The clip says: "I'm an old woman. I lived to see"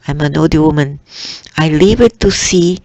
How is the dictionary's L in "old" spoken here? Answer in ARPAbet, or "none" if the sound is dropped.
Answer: none